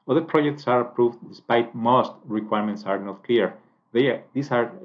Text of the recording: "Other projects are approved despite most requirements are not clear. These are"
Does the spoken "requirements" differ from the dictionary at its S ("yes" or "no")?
no